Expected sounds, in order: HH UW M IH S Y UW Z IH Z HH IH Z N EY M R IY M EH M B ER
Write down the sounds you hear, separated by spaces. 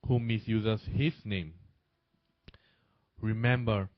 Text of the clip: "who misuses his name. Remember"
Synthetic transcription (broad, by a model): HH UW M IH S Y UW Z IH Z HH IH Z N EY M R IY M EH M B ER